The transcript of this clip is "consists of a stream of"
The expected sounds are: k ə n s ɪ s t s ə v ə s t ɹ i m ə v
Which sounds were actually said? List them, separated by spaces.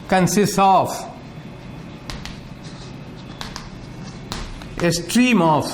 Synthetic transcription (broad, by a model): k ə n s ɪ s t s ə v ə s t ɹ i m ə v